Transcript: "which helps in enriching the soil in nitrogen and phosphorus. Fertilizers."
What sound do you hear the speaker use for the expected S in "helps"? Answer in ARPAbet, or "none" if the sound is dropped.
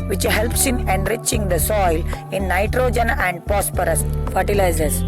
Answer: S